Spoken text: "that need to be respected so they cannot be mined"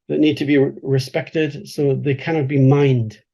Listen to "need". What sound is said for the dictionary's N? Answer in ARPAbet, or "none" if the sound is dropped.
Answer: N